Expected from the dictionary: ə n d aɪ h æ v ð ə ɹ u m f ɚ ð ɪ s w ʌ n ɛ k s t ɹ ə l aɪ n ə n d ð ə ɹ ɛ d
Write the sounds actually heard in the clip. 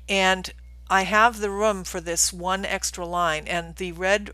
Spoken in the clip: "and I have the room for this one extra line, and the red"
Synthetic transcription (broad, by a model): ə n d aɪ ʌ v ð ə ɹ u m f ɚ ð ɪ s w ʌ n ɛ k s t ɹ ə l aɪ n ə n ð ə ɹ ɛ d